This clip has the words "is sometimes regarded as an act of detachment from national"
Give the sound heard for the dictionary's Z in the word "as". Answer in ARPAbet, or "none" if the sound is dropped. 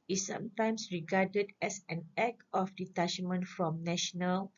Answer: S